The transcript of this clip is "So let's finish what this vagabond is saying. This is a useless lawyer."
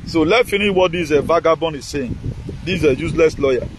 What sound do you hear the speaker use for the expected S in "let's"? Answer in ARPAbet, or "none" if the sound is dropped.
none